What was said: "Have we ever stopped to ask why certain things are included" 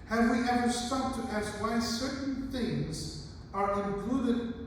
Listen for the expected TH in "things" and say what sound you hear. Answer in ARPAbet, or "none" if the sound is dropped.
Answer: TH